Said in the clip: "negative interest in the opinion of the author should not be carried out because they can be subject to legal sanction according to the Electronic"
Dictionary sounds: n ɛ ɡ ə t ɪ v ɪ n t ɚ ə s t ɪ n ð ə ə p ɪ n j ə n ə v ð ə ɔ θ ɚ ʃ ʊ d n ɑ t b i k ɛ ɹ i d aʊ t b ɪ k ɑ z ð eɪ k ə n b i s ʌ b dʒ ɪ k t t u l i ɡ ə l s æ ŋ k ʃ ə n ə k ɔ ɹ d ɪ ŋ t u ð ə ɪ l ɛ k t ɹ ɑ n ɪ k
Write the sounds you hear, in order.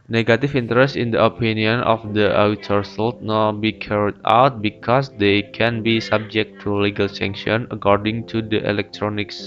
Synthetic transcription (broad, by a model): n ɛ ɡ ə t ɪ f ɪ n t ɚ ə s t ɪ n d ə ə p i n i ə n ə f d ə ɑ t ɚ s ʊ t n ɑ b i k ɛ ɹ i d aʊ t b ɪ k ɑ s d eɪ k ə n b i s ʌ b dʒ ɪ k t t u l i ɡ ə l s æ ŋ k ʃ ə n ə k ɔ ɹ d ɪ ŋ t u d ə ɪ l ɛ k t ɹ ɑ n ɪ k